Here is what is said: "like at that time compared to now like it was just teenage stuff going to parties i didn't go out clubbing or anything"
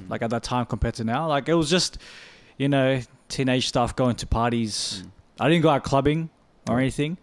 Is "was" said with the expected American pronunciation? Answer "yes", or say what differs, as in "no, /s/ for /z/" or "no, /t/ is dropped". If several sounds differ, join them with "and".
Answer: yes